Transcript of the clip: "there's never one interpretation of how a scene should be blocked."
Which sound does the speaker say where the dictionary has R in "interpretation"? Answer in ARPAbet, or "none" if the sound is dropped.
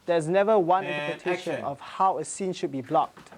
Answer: L